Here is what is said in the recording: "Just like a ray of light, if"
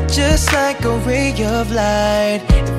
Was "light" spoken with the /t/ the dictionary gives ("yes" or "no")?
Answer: no